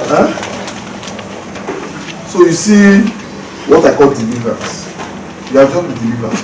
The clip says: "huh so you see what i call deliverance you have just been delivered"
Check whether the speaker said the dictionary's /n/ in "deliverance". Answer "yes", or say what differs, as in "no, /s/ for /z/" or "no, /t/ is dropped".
no, /n/ is dropped